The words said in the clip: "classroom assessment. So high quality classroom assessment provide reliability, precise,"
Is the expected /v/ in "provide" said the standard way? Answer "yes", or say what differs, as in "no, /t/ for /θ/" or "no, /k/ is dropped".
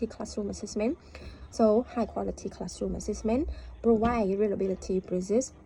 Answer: no, /w/ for /v/